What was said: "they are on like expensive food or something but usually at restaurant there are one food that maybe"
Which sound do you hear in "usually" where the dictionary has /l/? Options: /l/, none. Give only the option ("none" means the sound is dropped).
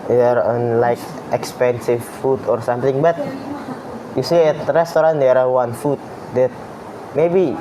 none